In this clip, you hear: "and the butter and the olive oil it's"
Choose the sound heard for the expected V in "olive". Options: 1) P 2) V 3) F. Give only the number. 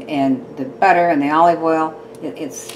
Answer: 2